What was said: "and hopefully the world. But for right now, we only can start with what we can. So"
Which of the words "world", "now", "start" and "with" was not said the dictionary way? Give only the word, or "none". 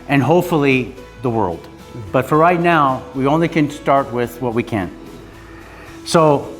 none